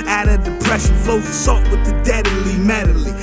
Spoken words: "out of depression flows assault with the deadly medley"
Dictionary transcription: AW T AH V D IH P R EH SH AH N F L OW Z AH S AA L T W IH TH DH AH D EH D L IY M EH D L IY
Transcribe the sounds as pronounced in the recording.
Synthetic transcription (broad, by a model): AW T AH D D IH P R EH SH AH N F OW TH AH S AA T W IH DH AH D EH D L IY M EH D L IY